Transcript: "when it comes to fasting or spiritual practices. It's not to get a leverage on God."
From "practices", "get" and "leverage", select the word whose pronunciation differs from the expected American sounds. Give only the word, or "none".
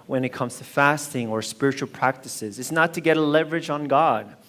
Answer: none